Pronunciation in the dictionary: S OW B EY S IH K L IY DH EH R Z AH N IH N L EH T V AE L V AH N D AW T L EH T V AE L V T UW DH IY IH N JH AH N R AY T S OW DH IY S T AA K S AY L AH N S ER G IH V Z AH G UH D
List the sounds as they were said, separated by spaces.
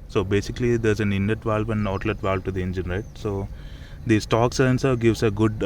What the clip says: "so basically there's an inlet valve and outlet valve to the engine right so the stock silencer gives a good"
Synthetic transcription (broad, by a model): S OW B EY S IH K L IY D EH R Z AH N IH N EH T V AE L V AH N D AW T L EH T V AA L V T UW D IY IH N JH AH N R AY T S OW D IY S T AA K S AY AH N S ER G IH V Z AH G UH D